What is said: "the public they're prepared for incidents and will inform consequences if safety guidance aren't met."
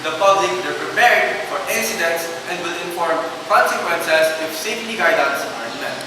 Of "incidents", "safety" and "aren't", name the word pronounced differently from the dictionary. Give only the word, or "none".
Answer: aren't